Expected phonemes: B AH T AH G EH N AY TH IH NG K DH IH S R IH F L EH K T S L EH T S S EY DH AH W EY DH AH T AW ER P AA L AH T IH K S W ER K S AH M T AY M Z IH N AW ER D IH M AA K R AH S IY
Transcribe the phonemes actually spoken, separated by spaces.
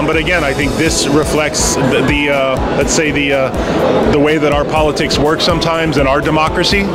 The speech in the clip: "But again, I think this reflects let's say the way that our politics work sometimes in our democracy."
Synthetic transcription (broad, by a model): B AH T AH G EH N AY TH IH NG K DH IH S R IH F L EH K T S L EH T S S EY DH AH W EY DH AH T AW ER P AA L AH T IH K S W ER K S AH M T AY M Z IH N AW ER D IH M AA K R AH S IY